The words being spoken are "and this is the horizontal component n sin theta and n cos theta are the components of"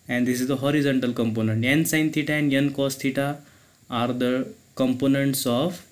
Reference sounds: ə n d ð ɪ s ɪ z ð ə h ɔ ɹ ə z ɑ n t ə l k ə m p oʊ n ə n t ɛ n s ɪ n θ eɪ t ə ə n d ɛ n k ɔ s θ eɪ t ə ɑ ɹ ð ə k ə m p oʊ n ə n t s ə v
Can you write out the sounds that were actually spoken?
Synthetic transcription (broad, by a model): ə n d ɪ s ɪ z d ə h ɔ ɹ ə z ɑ n t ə l k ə m p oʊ n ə n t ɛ n s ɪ n t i t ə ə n d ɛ n k ɔ s t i t ɑ ɹ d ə k ə m p oʊ n ə n t s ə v